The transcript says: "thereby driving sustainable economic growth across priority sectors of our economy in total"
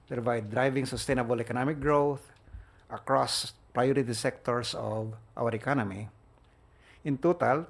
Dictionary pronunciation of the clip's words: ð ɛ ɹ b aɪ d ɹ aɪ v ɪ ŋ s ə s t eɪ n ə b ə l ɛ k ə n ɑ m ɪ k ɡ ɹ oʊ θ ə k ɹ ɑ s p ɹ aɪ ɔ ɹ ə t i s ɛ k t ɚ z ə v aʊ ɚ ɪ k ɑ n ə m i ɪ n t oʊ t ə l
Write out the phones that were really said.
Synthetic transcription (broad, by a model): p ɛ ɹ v aɪ d ɹ aɪ v ɪ ŋ s ə s t eɪ n ə b ə l ɛ k ə n ɑ m ɪ k ɡ ɹ oʊ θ ə k ɹ ɑ s p ɹ aɪ ɔ ɹ ə t i s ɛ k t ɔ s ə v aʊ ɚ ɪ k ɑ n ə m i ɪ n t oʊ t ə l